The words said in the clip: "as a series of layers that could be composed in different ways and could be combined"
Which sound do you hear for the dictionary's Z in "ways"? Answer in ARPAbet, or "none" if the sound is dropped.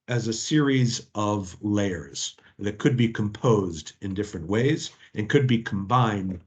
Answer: Z